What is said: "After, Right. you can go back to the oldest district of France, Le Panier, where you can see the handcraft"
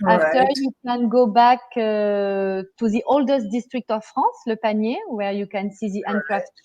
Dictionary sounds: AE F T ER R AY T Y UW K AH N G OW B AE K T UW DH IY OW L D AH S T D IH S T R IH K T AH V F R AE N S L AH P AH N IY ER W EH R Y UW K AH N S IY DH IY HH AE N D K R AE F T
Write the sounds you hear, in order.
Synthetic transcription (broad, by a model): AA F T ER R Y UW K AH N G OW B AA K T UW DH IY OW L D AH S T D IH S T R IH K T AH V F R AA S L AH P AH N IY W EH R Y UW K AH N S IY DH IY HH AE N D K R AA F T